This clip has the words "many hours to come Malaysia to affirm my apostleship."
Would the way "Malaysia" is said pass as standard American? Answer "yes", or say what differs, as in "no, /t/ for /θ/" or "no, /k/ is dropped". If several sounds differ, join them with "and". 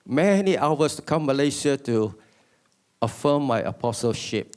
no, /s/ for /ʒ/